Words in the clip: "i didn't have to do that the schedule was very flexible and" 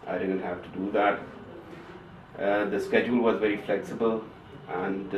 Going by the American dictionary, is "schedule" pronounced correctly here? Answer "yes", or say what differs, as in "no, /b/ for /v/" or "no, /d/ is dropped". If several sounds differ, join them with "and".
yes